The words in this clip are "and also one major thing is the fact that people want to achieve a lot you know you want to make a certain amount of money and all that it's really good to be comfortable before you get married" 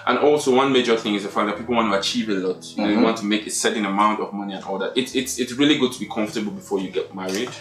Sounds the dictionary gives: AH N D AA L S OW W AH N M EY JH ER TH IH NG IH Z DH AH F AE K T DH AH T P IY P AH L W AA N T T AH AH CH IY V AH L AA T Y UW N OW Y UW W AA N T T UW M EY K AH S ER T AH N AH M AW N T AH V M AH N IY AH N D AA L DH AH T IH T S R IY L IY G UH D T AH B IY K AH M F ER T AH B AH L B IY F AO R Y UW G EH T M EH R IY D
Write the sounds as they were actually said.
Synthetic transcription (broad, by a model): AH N AA L S OW W AH N M EY JH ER TH IH NG IH Z DH AH F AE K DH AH T P IY P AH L W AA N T T AH AH CH IY V AH L AA T Y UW N OW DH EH W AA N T T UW M EY K AH S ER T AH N AH M AW N T AH V M AH N IY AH N AA L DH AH T IH T S R IY L IY G UH D T AH B IY K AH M F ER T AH B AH L B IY F AO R Y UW G EH T M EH R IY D